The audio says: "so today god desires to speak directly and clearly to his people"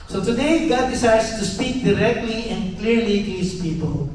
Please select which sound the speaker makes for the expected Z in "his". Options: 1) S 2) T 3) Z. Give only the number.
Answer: 1